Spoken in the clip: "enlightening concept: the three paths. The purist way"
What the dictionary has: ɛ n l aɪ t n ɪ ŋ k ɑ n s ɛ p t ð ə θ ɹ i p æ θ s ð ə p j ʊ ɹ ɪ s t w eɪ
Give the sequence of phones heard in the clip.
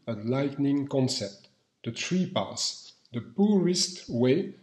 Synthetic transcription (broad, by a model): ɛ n l aɪ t n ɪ ŋ k ɑ n s ɛ p t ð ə t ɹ i p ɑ s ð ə p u ɹ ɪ s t w eɪ